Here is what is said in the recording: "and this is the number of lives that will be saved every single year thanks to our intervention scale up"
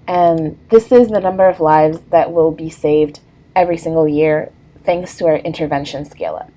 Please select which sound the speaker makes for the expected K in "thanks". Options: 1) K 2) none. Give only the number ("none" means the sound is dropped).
1